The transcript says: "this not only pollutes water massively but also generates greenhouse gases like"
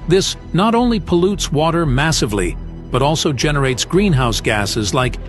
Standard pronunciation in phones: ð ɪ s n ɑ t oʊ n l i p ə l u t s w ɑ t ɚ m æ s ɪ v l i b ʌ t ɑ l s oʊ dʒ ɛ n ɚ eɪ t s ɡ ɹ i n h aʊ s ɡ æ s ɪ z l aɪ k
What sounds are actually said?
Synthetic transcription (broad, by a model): ð ɪ s n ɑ t oʊ n l i p ə l u t s w ɑ t ɚ m æ s ɪ v l i b ʌ t ɑ l s oʊ dʒ ɛ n ɚ eɪ t s ɡ ɹ i n h aʊ s ɡ æ s ɪ z l aɪ k